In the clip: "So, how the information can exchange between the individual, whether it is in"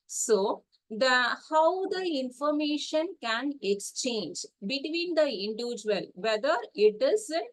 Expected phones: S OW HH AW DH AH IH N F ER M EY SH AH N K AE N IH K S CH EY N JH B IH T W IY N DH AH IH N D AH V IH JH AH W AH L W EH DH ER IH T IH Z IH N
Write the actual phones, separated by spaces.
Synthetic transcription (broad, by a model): S OW HH AW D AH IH N F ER M EY SH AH N K AE N IH K S CH EY N JH B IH T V IY N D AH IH N D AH V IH JH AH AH L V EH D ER IH T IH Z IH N